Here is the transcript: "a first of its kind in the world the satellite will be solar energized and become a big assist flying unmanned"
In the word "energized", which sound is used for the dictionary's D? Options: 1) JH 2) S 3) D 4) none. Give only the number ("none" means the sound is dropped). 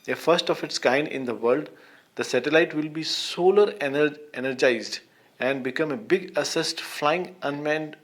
3